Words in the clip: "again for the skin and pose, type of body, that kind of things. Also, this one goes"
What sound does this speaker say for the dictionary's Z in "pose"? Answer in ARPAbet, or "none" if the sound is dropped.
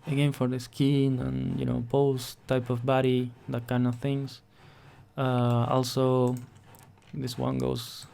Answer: S